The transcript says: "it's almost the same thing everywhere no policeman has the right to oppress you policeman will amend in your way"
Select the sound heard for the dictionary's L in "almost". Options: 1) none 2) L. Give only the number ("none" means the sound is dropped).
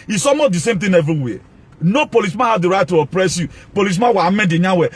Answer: 1